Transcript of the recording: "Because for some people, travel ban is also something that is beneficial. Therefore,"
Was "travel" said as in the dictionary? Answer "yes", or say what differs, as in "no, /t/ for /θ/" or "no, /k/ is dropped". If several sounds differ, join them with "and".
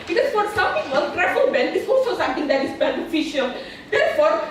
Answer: no, /f/ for /v/